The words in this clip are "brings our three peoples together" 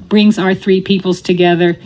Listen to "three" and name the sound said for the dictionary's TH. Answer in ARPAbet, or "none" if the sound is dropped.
TH